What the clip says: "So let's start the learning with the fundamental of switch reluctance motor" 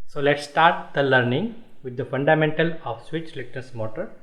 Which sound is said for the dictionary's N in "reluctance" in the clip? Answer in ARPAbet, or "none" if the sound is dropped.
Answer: none